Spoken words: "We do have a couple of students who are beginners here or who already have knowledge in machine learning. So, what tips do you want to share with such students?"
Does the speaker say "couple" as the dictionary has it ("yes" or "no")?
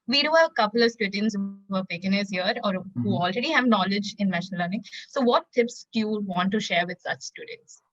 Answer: yes